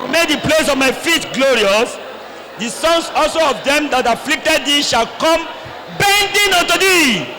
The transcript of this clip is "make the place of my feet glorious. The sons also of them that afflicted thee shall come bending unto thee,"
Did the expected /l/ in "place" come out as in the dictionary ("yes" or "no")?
yes